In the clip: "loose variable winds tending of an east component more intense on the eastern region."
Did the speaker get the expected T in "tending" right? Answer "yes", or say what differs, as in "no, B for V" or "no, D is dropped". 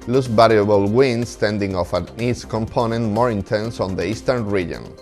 yes